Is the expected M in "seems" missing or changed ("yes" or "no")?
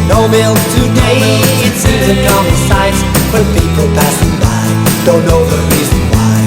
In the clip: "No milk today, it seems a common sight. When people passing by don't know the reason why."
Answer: yes